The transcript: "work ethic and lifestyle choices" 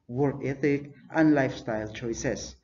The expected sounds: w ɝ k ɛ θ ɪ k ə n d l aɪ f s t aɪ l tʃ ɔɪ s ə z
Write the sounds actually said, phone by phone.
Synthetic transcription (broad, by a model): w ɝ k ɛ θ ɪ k ə n d l aɪ f s t aɪ l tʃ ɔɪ s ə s